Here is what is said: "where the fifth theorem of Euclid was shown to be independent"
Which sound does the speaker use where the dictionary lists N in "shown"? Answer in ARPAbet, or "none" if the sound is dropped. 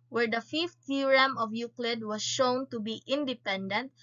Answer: N